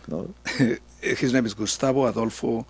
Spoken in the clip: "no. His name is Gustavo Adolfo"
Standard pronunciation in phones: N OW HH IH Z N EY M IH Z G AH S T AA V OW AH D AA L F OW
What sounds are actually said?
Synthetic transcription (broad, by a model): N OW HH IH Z N EY M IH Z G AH S T AA B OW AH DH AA L F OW